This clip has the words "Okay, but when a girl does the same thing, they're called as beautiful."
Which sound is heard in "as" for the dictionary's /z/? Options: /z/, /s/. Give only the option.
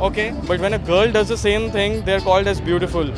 /z/